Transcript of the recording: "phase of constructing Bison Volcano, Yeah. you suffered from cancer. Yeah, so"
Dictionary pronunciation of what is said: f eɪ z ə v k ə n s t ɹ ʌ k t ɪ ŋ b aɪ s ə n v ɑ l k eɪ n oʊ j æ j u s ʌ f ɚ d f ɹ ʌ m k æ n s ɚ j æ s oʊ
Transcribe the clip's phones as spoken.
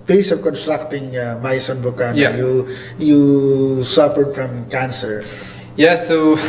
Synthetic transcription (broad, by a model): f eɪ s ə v k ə n s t ɹ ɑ k t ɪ ŋ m aɪ s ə n b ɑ k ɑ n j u j u s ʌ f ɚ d f ɹ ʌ m k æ n s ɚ j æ s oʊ